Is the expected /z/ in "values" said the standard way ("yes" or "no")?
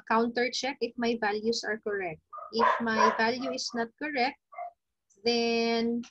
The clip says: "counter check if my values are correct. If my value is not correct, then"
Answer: no